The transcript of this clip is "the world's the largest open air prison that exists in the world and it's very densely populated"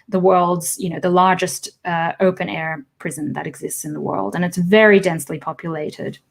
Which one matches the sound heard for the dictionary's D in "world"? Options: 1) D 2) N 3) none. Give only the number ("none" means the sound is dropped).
1